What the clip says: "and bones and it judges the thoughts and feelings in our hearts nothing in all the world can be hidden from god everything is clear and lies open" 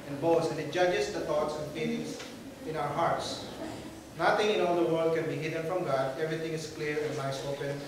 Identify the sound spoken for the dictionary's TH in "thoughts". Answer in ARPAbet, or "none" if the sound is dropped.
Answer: T